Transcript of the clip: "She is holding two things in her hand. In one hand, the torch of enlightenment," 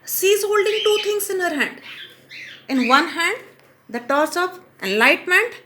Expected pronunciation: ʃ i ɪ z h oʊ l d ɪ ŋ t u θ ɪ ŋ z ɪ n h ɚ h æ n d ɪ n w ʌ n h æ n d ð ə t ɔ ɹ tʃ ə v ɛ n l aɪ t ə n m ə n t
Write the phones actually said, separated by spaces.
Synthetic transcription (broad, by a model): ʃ i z h oʊ l d ɪ ŋ t u t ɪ ŋ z ɪ n h ɚ h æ n d ɪ n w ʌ n h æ n d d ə t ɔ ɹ s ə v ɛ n l aɪ t m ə n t